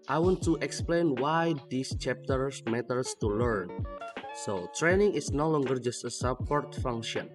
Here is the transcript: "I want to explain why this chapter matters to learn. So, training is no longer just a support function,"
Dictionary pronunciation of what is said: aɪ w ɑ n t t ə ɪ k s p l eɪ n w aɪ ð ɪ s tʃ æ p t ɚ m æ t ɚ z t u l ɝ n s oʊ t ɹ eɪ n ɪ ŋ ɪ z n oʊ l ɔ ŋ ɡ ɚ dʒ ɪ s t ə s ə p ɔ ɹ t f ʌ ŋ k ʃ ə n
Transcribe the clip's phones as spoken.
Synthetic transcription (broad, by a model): aɪ w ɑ n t t ə k s p l eɪ n w aɪ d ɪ s tʃ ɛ p t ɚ m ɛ t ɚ s t u l ɝ n s oʊ t ɹ eɪ n ɪ ŋ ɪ s n oʊ l ɔ ŋ ɡ ɚ dʒ ɪ s t ə s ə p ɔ ɹ t f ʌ ŋ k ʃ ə n